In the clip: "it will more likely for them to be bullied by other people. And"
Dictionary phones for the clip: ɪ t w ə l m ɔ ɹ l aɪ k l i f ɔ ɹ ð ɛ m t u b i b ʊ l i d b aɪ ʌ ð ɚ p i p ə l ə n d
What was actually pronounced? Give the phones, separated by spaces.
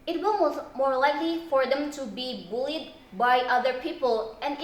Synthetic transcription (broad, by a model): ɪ t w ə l m ɔ ɹ l aɪ k l i f ɔ ɹ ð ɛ m t u b i b ʊ l i d b aɪ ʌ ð ɚ p i p ə l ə n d